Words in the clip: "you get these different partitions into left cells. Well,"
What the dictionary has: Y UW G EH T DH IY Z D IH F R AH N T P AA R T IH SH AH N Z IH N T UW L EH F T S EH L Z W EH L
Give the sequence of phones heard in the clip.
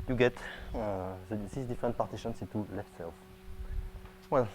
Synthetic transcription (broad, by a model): Y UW G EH T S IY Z D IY F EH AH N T P AA R T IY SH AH N S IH T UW L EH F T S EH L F W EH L